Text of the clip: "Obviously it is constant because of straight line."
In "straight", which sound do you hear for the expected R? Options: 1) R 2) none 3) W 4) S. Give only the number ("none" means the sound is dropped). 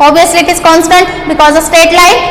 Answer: 2